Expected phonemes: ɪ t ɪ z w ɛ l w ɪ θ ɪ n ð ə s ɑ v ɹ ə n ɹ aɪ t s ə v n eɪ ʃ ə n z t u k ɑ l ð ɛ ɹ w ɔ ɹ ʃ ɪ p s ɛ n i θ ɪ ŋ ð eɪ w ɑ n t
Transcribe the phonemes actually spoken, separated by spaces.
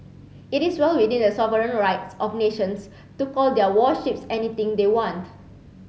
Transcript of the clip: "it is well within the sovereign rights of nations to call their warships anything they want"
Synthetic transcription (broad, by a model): ɪ t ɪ s w ɛ l w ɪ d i n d ə s ɑ v ɹ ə n ɹ aɪ t s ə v n eɪ ʃ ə n s t u k ɑ l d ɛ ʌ w ɔ ʃ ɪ p s ɛ n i t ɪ ŋ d eɪ w ɑ n t